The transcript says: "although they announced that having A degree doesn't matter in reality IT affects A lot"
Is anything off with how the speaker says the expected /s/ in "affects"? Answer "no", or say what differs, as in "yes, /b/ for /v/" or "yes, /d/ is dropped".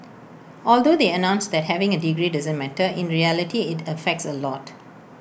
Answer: no